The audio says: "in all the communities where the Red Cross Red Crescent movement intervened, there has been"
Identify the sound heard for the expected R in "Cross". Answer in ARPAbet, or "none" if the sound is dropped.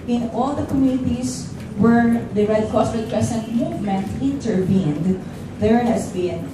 none